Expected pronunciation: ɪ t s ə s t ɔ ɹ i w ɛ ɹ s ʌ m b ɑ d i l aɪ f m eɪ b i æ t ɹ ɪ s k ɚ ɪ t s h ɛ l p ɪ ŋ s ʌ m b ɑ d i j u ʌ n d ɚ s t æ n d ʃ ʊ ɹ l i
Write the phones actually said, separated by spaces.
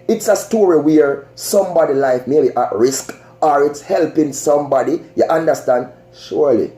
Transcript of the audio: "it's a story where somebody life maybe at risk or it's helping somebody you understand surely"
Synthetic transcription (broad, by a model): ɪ t s ə s t ɔ ɹ i w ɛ ɹ s ʌ m b ɑ d i l aɪ f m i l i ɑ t ɹ ɪ s k ɚ ɪ t s h ɛ l p ɪ ŋ s ʌ m b ɑ d i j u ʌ n d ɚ s t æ n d ʃ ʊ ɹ l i